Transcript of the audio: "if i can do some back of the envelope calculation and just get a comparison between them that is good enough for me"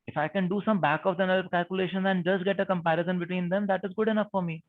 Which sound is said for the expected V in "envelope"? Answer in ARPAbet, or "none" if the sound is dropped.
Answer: none